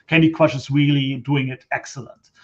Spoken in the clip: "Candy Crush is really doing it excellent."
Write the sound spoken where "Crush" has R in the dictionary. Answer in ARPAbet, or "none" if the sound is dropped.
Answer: W